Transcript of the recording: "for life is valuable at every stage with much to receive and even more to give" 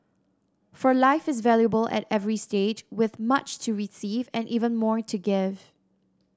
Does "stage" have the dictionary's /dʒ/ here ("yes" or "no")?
yes